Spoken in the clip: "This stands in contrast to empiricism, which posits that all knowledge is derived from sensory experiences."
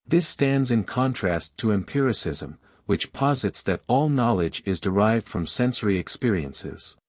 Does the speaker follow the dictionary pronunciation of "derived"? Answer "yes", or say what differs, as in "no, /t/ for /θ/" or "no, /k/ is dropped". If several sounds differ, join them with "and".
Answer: yes